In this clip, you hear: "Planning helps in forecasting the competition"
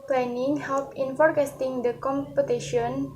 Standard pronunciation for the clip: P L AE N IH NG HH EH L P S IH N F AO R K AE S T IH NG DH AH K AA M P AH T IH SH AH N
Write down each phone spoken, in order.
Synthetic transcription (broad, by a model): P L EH N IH NG HH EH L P IH N F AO R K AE S T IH NG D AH K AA M P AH T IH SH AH N